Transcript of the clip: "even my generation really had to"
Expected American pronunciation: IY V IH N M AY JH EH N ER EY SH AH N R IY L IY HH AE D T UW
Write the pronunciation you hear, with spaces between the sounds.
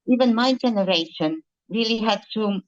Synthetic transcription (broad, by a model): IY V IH N M AY JH EH N ER EY SH AH N R IY L IY HH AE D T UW